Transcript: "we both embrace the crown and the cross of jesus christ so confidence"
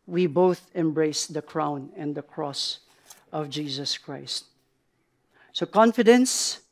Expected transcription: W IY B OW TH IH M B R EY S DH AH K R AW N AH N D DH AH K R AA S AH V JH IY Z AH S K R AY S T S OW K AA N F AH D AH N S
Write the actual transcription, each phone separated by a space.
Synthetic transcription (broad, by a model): W IY B OW TH IH M B R EY S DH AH K R AW N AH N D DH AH K R AA S AH V JH IY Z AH S K R AY S T S OW K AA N F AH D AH N S